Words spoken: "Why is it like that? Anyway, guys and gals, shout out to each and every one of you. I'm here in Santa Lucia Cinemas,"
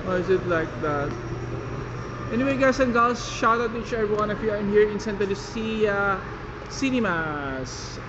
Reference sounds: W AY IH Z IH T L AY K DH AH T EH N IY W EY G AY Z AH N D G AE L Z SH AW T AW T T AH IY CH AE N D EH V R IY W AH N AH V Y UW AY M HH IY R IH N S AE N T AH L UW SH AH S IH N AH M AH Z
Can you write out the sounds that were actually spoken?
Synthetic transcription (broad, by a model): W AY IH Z IH T L AY K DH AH T EH N IY W EY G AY S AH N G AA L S SH AW T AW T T IY CH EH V IY W AH N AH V Y UW AY M HH IY R IH N S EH N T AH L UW S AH S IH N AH M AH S